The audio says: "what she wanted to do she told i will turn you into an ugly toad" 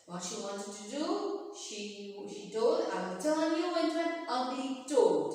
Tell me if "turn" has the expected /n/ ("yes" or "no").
no